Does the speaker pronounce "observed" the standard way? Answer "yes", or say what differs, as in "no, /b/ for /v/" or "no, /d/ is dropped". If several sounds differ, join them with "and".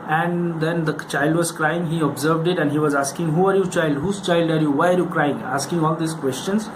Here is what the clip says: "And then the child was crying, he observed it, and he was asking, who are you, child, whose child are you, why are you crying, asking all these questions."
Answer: yes